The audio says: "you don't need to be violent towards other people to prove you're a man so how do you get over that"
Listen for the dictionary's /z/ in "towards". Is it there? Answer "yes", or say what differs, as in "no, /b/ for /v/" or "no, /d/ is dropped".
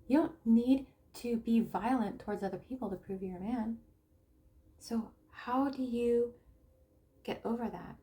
yes